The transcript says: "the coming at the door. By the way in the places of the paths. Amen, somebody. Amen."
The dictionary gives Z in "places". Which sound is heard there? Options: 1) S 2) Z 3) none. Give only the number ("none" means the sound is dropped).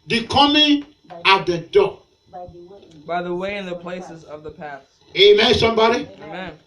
2